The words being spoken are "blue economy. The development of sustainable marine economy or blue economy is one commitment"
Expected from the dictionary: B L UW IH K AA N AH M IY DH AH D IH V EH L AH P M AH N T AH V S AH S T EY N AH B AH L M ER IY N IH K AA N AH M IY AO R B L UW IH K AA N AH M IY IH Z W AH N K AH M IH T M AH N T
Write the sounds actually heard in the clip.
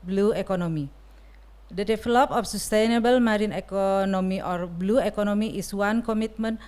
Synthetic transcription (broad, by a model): B L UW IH K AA N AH M IY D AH D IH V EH L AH P AH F S AH S T EY N AH B AH L M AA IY N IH K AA N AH M IY AO R B L UW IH K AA N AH M IY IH S W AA N K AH M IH T M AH N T